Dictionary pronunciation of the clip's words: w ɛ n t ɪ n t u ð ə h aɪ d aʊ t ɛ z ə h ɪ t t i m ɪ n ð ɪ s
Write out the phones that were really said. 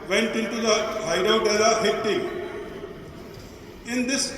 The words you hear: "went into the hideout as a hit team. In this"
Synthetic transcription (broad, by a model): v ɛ n t ɪ n t u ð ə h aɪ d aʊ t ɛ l ə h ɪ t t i ɪ n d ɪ s